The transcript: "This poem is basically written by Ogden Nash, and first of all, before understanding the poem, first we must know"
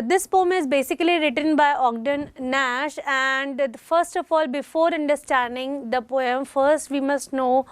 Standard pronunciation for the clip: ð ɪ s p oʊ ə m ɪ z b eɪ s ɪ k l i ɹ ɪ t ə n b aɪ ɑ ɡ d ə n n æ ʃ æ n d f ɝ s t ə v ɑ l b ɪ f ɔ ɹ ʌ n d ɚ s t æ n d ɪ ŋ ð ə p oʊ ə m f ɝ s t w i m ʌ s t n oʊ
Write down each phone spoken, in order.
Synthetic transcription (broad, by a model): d ɪ s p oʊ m ɪ z b eɪ s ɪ k l i ɹ ɪ t ə n b aɪ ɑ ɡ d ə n n æ ʃ æ n d f ɝ s t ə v ɑ l b ɪ f ɔ ɹ ʌ n d ɚ s t æ n d ɪ ŋ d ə p oʊ ə m f ɝ s t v i m ʌ s t n oʊ